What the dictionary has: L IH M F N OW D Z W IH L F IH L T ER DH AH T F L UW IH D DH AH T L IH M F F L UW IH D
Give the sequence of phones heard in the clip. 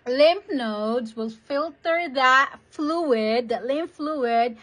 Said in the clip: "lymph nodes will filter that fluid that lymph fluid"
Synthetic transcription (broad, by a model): L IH M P N OW D Z W IH L F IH L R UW DH AH T F L UW IH D DH AH T L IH M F F L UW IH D